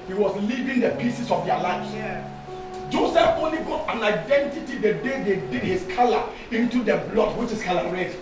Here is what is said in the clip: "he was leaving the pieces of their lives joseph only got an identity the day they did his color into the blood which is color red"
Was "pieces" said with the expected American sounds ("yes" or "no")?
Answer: no